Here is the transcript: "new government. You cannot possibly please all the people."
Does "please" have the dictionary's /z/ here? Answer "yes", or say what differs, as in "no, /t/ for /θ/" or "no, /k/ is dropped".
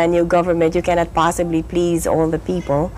yes